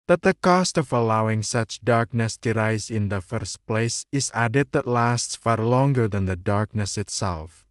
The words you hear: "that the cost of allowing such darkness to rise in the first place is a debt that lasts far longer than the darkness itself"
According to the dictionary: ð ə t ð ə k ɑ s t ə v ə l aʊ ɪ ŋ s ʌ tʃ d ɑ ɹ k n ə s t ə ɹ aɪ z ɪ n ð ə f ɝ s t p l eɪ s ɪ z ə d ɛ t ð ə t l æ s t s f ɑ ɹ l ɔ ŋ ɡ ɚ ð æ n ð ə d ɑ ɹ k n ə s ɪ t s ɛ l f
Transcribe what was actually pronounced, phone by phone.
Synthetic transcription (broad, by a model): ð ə t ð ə k ɑ s t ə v ə l aʊ ɪ ŋ s ʌ tʃ d ɑ ɹ k n ə s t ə ɹ aɪ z ɪ n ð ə f ɝ s t p l eɪ s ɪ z ə d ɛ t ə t l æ s t s f ɑ ɹ l ɔ ŋ ɡ ɚ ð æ n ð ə d ɑ ɹ k n ə s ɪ t s ɛ l f